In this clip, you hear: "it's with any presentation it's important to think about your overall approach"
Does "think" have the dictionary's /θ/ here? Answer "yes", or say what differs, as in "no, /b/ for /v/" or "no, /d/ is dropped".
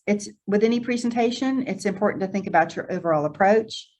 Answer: yes